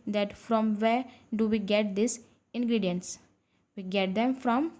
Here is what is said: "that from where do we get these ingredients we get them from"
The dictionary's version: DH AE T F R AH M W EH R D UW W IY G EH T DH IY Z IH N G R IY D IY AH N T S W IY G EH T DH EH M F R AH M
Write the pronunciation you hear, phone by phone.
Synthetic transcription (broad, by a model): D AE T F R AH M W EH R D UW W IY G EH T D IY S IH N G R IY D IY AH N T S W IY G EH T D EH M F R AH M